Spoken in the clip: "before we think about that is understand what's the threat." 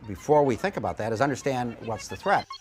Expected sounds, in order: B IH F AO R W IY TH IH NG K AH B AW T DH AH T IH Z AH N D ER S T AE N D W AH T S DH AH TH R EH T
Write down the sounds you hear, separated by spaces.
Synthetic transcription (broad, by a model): B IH F AO R W IY TH IH NG K AH B AW T DH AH T IH Z AH N D ER S T AE N D W AH T S DH AH TH R EH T